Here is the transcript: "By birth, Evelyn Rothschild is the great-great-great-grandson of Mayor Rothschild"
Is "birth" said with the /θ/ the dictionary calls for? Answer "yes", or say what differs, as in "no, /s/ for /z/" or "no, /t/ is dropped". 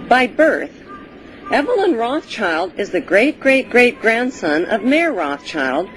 yes